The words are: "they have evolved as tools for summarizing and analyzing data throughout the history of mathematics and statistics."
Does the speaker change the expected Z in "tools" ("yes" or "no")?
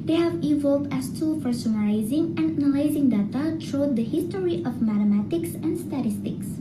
yes